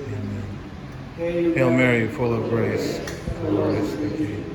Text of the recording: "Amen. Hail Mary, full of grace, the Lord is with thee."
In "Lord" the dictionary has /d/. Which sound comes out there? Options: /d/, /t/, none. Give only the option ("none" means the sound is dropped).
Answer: none